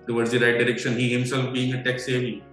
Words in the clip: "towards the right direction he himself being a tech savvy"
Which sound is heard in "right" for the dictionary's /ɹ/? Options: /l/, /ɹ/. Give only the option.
/ɹ/